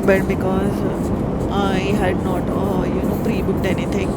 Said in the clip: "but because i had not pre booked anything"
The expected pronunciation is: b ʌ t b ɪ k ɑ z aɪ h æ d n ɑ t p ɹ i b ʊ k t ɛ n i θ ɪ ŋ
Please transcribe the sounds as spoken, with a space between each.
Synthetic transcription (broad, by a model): b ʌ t b ɪ k ɑ z aɪ h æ d n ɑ t p ɹ i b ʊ t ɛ n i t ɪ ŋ